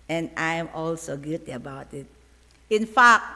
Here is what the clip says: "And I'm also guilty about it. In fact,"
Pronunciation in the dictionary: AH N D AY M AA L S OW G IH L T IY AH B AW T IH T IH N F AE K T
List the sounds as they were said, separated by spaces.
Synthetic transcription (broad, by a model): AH N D AY M AA L S OW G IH T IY AH B AW T IH T IH N F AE K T